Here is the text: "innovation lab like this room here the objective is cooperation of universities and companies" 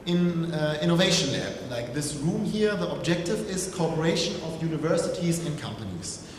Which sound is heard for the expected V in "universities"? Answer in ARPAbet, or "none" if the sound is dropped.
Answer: V